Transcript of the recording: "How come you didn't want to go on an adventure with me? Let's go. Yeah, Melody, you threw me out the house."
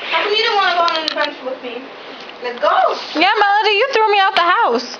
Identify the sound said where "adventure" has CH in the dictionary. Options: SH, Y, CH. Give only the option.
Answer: SH